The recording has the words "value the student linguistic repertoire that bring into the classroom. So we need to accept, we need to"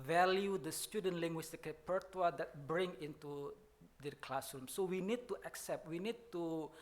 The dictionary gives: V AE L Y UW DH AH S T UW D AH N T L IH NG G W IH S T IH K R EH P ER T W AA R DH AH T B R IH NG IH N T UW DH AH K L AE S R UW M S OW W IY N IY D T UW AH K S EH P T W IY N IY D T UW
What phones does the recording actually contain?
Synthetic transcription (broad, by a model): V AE L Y UW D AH S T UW D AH N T L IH NG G W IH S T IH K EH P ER T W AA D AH T B R IH NG IH N T UW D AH K L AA S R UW M S OW W IY N IY D T UW AH K S EH P T W IY N IY D T UW